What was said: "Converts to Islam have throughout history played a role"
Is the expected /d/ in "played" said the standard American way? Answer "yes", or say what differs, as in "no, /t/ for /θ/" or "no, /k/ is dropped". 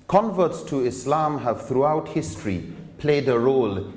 yes